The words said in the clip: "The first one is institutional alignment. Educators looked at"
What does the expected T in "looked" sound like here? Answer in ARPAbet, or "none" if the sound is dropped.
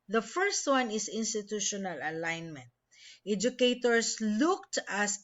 T